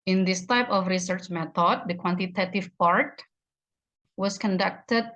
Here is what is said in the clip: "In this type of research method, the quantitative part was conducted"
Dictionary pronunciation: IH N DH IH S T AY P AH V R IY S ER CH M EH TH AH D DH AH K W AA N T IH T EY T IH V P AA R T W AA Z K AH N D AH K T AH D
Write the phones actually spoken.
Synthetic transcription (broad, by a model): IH N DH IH S T AY P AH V R IY S ER CH M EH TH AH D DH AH K W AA N T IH T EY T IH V P AA R T W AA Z K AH N D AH K T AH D